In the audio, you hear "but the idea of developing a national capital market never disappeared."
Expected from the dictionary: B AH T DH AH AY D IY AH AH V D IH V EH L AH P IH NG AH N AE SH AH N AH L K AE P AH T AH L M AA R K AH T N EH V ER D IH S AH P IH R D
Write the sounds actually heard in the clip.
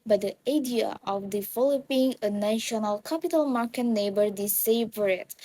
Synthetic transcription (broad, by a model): B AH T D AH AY D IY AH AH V D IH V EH L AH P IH NG AH N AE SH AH N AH L K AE P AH T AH L M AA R K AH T N EH B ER D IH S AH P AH R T